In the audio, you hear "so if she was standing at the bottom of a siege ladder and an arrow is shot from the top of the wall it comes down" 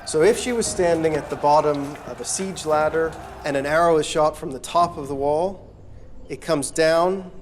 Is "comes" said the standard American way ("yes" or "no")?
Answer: yes